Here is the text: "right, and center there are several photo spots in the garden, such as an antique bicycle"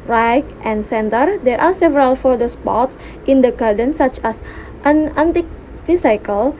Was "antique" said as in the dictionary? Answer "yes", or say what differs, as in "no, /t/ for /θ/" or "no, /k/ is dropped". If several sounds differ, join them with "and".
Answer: yes